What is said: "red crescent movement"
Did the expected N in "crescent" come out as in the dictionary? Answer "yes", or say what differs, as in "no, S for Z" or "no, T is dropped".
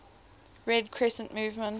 yes